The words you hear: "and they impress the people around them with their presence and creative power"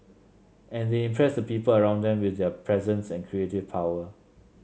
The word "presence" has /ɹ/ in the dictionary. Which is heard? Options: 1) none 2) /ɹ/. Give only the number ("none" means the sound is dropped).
2